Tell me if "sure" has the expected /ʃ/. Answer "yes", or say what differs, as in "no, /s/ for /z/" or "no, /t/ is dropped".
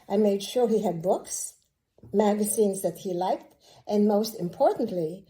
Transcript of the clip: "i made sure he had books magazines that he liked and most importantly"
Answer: yes